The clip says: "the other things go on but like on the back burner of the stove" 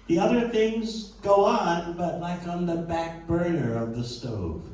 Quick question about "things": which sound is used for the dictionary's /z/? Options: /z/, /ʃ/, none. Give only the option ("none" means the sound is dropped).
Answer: /z/